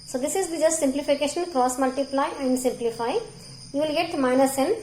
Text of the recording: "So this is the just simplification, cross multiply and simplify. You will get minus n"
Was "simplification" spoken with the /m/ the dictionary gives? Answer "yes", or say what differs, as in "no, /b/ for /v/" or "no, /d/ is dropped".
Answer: yes